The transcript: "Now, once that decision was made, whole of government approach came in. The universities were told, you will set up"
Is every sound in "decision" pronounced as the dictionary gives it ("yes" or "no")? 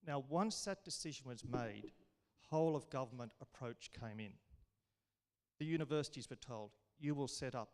yes